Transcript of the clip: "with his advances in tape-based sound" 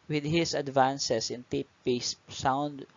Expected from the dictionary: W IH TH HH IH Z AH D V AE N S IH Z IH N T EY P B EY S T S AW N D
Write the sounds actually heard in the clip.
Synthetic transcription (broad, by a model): W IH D HH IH S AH D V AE N S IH S IH N T EY P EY S S AW N D